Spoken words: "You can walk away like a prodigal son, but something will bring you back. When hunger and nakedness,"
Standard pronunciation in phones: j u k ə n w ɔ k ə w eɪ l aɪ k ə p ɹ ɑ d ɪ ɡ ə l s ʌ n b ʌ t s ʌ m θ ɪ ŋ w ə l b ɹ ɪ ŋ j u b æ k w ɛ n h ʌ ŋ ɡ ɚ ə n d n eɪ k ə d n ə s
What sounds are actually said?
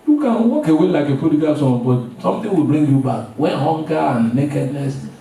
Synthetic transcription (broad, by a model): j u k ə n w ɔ k ə w eɪ l aɪ k ə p ɑ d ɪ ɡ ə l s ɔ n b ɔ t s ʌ m t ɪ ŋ w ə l b ɹ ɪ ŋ j u b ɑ k w ɛ n h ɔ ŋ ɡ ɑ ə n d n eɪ k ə d n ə s